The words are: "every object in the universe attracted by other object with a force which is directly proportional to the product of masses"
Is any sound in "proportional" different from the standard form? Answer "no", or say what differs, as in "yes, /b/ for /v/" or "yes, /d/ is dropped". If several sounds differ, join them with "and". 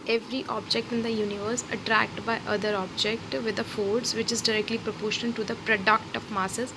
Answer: yes, /n/ is dropped and /n/ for /l/